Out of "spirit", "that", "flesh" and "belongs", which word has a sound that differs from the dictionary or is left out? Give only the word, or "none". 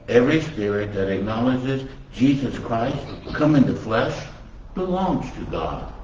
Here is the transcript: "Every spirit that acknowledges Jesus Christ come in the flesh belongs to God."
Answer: none